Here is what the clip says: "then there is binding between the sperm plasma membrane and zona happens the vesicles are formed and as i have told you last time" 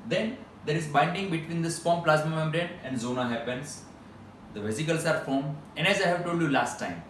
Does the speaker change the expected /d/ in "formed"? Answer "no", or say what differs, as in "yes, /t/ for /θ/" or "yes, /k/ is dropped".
yes, /d/ is dropped